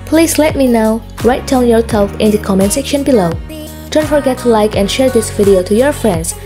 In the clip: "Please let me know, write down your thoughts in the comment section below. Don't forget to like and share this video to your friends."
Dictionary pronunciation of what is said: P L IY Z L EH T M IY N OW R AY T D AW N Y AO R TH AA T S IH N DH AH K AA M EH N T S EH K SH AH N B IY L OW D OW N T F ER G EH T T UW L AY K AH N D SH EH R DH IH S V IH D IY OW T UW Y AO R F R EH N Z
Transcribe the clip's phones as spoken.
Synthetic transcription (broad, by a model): P L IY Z L EH T M IY N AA R AY T D AW N Y AO R S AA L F IH N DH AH K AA M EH N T S EH K SH AH N B IY L OW D OW N T F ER G EH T T UW L AY K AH N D SH EH R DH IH S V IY D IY OW T UW Y AO R F R EH N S